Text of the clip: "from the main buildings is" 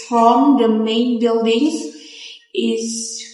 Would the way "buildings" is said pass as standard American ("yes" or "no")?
yes